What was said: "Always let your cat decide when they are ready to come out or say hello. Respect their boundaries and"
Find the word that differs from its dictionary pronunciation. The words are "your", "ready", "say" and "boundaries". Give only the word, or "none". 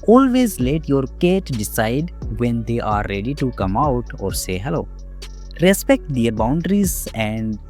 none